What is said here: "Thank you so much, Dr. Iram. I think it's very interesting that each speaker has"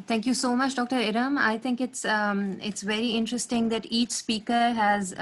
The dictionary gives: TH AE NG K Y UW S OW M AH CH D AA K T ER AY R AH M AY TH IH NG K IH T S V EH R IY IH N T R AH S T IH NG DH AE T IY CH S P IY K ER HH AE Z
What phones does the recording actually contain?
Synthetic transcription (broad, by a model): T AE NG K Y UW S OW M AH CH D AA K T ER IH R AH M AY T IH NG K IH T S V EH R IY IH N T R AH S T IH NG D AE T IY CH S P IY K ER HH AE Z